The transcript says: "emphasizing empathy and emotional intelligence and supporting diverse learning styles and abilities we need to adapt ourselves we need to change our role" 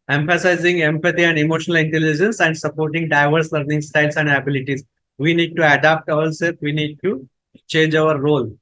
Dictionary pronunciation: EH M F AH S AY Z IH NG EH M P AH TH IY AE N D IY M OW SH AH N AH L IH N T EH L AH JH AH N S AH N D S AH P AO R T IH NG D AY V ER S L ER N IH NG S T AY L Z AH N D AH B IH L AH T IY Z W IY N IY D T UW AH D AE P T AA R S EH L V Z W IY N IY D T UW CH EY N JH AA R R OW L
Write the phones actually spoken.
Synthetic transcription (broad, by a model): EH M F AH S AY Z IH NG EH M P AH T IY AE N D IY M OW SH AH N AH L IH N T EH L AH JH AH N S AH N D S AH P AO R T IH NG D AY V ER S L ER N IH NG S T AY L S AH N D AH B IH L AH T IY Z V IY N IY D T UW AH D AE P T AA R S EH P V IY N IY D T UW CH EY N JH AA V R OW L